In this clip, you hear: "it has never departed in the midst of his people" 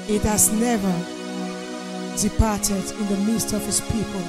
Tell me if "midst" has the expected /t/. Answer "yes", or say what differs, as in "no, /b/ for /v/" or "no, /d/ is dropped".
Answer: yes